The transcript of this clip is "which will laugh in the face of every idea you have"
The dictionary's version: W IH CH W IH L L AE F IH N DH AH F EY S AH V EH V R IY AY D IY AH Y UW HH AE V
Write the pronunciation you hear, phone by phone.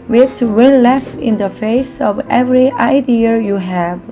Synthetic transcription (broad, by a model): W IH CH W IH N L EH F IH N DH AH F EY S AH V EH V R IY AY D IY AH Y UW HH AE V